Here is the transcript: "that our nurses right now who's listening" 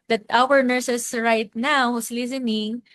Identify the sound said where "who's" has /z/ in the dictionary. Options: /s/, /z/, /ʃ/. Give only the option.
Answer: /s/